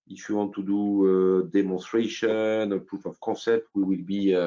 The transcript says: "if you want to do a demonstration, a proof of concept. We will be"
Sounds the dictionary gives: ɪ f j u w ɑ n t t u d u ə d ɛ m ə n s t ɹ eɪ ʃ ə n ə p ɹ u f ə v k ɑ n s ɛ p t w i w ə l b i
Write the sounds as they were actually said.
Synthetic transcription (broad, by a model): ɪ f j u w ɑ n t t u d u ə d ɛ m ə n s t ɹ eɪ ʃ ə n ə p ɹ u f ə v k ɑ s ɛ p t w i w ə l b i